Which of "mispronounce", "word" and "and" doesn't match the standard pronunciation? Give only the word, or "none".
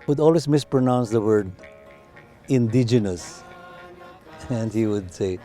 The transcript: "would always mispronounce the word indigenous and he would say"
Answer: none